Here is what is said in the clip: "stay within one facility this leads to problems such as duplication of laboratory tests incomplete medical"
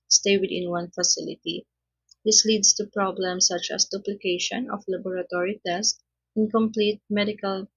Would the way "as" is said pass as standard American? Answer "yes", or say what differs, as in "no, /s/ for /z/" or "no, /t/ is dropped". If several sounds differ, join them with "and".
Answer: no, /s/ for /z/